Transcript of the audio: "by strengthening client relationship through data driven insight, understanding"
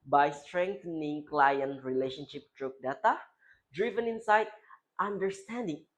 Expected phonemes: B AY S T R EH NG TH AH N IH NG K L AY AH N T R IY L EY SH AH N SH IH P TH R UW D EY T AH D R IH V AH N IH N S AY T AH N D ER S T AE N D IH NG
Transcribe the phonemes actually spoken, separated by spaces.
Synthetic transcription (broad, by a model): B AY S T R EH NG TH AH N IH NG K L AY AH N T R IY L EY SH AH N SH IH P T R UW D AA T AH D R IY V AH N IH N S AY T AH N D ER S T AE N D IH NG